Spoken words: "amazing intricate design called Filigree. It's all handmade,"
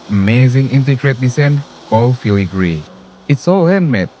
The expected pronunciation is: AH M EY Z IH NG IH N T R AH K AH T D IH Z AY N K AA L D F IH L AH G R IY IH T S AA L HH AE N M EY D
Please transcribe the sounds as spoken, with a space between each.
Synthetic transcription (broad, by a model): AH M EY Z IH NG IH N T AH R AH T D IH S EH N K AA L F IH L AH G R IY IH T S AA L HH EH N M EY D